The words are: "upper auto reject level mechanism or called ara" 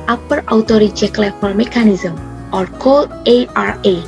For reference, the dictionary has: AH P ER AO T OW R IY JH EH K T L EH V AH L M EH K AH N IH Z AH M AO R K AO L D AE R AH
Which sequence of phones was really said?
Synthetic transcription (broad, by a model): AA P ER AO T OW R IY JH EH K L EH F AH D M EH K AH N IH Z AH M AO R K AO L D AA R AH